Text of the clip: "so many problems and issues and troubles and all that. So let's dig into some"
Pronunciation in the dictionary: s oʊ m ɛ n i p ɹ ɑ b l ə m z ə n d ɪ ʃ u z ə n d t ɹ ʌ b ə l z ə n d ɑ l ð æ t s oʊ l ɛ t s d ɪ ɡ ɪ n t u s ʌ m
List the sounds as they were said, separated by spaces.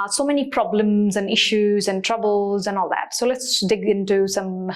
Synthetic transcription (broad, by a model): s oʊ m ɛ n i p ɹ ɑ b l ə m z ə n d ɪ ʃ u z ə n t ɹ ʌ b ə l z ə n ɑ l ð æ t s oʊ l ɛ t s d ɪ ɡ ɪ n t u s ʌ m